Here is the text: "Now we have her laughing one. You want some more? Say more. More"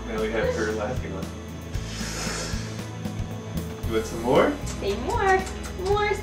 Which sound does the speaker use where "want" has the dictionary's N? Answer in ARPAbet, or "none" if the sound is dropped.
none